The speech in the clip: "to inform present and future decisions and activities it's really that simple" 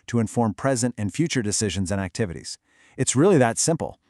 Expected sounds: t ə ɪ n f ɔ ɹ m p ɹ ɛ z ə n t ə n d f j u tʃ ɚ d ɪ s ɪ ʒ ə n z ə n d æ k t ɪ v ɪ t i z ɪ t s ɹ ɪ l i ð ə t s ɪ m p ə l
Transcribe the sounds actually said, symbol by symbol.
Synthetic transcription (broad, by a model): t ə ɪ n f ɔ ɹ m p ɹ ɛ z ə n t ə n f j u tʃ ɚ d ɪ s ɪ ʒ ə n z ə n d æ k t ɪ v ɪ t i z ɪ t s ɹ ɪ l i ð ə t s ɪ m p l